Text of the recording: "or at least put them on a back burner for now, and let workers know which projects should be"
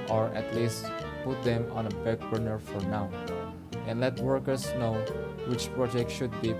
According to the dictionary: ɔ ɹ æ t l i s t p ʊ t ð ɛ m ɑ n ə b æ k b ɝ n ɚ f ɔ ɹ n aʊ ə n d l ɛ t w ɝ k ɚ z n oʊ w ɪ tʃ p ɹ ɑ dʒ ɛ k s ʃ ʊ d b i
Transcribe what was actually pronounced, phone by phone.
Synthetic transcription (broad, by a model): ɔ ɹ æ t l i s t p ʊ t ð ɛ m ɑ n ə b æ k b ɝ n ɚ f ɔ ɹ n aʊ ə n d l ɛ t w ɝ k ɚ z n oʊ w ɪ tʃ p ɹ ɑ dʒ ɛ k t ʃ ʊ d b i